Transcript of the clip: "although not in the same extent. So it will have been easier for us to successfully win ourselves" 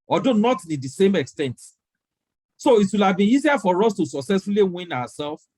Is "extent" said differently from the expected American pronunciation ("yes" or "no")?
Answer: no